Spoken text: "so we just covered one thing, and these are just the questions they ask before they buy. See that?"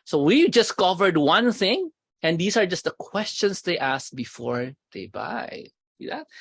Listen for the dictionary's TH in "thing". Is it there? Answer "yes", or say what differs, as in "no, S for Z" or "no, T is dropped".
yes